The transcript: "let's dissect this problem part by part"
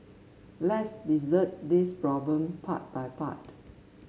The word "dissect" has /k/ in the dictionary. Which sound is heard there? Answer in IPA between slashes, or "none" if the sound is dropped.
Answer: none